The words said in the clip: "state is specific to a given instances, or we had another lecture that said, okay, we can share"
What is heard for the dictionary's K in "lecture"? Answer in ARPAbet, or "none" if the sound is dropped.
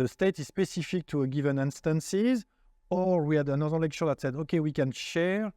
K